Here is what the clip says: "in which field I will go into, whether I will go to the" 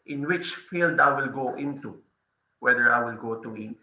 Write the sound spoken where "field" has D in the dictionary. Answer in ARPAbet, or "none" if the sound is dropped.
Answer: D